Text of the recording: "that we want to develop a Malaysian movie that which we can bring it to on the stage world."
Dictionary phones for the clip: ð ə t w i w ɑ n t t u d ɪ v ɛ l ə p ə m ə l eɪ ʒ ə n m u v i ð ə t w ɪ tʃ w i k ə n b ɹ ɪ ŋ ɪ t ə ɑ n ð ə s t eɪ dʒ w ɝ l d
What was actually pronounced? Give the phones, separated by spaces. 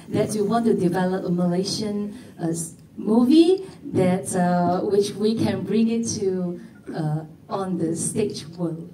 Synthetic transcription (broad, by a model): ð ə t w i w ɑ n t t u d ɪ v ɛ l ə p ə m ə l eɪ ʃ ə n m u v i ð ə t w ɪ tʃ w i k ə n b ɹ ɪ ŋ ɪ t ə ɑ n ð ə s t eɪ tʃ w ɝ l